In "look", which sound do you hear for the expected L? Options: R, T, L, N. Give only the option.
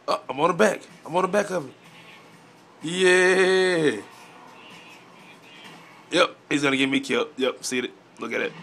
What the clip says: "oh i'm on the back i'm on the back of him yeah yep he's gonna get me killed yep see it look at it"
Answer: N